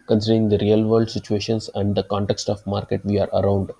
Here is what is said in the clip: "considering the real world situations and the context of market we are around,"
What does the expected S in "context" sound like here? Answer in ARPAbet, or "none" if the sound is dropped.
S